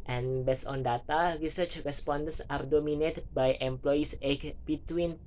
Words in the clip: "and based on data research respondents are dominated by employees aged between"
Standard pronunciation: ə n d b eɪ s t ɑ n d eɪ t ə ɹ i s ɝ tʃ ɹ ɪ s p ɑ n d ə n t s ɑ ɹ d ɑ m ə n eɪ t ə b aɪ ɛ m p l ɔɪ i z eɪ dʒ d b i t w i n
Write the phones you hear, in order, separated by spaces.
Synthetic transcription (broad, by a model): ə n b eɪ s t ɑ n d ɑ t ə ɹ i s ɝ tʃ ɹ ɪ s p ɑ n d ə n s ɑ ɹ d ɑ m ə n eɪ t b aɪ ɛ m p l ɔɪ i s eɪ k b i t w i n